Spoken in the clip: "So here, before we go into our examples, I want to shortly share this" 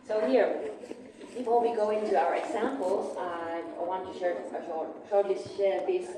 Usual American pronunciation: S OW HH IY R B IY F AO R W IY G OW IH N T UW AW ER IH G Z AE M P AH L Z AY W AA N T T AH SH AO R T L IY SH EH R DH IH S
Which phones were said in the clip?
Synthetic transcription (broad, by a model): S OW HH IY R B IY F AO L W IY G OW IH N T UW AW ER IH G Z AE M P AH L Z AY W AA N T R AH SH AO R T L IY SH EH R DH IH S